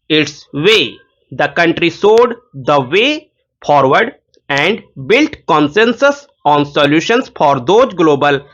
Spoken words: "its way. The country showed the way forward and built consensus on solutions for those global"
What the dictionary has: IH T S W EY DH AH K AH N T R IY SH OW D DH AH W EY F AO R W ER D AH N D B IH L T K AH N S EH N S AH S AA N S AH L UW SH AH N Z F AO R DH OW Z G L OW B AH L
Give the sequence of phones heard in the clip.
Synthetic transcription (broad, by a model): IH T S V EY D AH K AH N T R IY S OW D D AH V EY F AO R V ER D AH N D B IH L T K AH N S EH N S AH S AA N S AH L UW SH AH N S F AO R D OW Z G L OW B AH L